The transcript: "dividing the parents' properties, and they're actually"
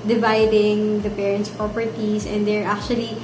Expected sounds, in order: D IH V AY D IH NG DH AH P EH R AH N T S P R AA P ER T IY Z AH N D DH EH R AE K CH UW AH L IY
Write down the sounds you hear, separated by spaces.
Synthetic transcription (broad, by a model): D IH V AY D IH NG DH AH P EH R AH N T S P R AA P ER T IY S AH N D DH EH R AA K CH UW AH L IY